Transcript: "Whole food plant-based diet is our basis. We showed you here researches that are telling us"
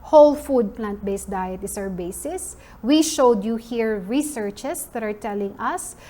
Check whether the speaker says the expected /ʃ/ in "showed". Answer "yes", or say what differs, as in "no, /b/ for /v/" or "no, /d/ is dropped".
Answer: yes